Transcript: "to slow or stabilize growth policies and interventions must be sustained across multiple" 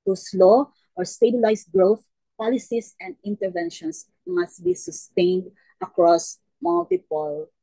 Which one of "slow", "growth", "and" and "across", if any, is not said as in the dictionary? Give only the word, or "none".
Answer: none